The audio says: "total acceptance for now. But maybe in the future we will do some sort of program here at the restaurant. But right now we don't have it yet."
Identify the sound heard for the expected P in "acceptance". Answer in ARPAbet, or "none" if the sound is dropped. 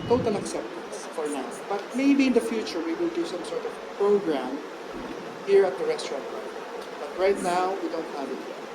P